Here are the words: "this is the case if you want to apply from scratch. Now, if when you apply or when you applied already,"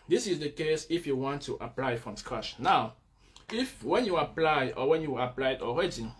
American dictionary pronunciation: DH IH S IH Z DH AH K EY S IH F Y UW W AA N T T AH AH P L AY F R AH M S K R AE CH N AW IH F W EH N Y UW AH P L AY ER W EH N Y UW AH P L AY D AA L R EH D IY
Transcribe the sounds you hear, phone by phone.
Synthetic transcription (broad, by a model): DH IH S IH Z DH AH K EY S IH F Y UW W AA N T T AH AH P L AY F R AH M S K R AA SH N AW IH F W EH N Y UW AH P L AY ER W EH N Y UW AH P L AY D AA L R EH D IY